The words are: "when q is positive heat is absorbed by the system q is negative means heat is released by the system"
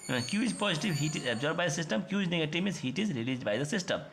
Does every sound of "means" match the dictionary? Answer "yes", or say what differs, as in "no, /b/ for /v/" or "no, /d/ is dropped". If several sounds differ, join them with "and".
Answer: no, /n/ is dropped